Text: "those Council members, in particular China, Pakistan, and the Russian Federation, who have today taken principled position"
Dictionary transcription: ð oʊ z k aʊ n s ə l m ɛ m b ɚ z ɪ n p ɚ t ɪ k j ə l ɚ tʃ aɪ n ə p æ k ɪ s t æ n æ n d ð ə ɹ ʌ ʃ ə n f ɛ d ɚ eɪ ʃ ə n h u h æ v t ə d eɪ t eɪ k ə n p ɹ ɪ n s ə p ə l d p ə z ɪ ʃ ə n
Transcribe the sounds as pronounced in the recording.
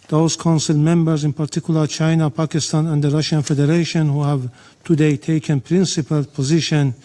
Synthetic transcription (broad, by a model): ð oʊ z k aʊ n s ə l m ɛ m b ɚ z ɪ n p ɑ t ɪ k j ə l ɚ tʃ aɪ n ə p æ k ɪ s t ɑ n æ n d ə ɹ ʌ ʃ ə n f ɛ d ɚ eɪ ʃ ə n h u h æ v t ə d eɪ t eɪ k ə n p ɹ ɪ n s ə p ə l p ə z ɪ ʃ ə n